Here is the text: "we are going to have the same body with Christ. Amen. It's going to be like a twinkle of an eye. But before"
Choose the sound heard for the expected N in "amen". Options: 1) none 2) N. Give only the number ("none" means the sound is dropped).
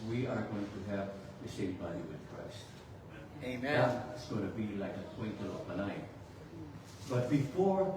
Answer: 1